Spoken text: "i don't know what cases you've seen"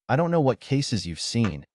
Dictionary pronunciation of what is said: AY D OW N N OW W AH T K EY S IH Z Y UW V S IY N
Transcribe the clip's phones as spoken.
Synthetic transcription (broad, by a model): AY D OW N N OW W AH T K EY S IH Z Y UW V S IY N